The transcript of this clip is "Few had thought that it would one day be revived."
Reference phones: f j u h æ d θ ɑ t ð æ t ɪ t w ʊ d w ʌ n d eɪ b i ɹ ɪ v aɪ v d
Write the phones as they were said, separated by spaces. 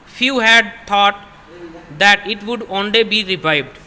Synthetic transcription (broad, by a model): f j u h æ d t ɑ t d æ t ɪ t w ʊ d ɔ n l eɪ b i ɹ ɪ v aɪ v d